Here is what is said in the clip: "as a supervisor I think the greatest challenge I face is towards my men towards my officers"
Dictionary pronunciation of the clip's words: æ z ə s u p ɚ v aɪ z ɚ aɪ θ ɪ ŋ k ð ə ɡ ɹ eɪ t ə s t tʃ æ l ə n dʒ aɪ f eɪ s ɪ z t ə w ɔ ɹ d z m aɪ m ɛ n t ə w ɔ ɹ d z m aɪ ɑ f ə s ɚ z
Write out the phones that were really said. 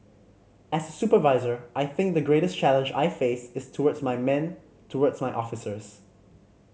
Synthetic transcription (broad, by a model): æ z ə s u p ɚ v aɪ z ɚ aɪ θ ɪ ŋ k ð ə ɡ ɹ eɪ t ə s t tʃ æ l ə n dʒ aɪ f eɪ s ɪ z t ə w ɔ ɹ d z m aɪ m ɛ n t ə w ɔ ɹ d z m aɪ ɑ f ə s ɚ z